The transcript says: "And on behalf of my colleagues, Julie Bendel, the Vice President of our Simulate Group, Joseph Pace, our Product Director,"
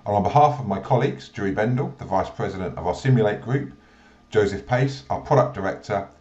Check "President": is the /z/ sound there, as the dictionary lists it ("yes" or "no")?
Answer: yes